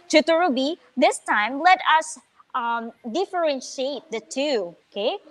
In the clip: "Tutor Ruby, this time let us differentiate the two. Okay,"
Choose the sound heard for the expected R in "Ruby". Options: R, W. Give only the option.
R